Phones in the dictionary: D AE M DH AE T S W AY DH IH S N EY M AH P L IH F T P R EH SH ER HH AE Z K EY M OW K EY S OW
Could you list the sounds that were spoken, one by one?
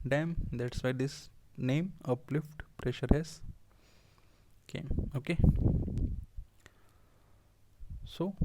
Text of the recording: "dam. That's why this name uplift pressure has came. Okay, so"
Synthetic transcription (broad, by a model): D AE M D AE T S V AY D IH S N EY M AH P L IH F T P R EH SH ER HH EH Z K EY M OW K EY S OW